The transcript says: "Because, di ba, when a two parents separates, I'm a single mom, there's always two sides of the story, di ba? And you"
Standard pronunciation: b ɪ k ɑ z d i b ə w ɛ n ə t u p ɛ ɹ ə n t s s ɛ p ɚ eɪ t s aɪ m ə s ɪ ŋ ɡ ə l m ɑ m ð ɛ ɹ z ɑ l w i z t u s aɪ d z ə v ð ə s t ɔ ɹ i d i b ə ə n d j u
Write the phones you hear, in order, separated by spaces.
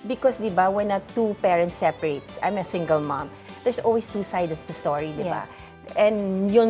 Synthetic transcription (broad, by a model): b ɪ k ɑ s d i b ə w ɛ n ə t u p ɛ ɹ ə n t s s ɛ p ɚ eɪ t s aɪ m ə s ɪ ŋ ɡ ə l m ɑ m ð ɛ ɹ s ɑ l w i s t u s aɪ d ə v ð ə s t ɔ ɹ i d i b ə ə n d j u